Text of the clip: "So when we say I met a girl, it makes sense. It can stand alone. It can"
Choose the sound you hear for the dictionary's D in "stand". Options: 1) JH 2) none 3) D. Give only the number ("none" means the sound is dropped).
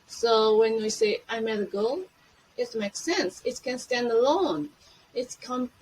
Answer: 3